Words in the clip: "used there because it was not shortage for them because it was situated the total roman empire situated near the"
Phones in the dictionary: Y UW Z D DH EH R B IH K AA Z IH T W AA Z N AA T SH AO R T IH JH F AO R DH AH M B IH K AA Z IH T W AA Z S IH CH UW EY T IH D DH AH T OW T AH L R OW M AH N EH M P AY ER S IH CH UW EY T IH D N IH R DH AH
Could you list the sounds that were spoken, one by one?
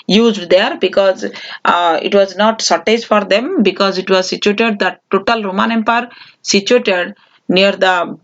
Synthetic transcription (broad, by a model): Y UW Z D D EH R B IH K AA Z IH T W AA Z N AA T S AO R T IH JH F AO R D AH M B IH K AA Z IH T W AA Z S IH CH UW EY T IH D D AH T OW T AH L R OW M AH N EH M P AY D S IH CH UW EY T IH D N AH R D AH